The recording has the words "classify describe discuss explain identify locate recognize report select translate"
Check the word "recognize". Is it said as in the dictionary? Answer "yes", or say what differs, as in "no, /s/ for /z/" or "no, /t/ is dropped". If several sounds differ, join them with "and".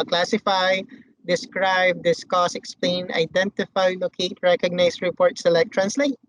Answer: no, /s/ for /z/